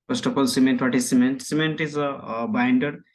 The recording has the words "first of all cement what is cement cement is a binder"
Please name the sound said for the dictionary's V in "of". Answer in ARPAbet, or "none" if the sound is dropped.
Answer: P